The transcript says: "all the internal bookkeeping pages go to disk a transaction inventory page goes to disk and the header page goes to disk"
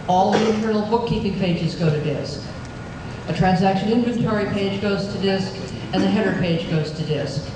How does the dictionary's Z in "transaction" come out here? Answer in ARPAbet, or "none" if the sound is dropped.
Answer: Z